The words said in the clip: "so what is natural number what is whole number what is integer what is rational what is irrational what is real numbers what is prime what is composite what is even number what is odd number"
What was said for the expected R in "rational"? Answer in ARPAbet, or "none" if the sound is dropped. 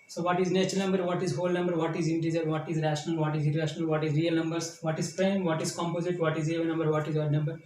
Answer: R